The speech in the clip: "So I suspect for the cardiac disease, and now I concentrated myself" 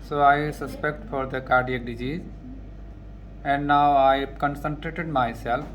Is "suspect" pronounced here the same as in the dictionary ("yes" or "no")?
yes